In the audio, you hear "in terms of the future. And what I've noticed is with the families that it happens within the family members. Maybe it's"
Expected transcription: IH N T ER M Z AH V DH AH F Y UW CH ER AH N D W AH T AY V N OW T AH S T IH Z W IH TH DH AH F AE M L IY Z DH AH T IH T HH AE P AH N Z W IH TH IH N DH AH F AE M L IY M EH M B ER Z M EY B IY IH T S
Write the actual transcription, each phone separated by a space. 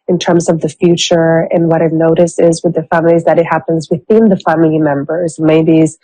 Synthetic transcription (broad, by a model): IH N T ER M Z AH V DH AH F Y UW CH ER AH N W AH T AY N OW T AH S IH Z W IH DH AH F AE M L IY Z DH AH T IH T HH AE P AH N Z W IH TH IH N DH AH F AE M L IY M EH M B ER Z M EY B IY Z